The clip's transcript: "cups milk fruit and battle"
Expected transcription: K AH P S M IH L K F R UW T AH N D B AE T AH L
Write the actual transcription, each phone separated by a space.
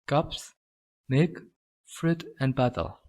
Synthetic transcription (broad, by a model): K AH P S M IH K F R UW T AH N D B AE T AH L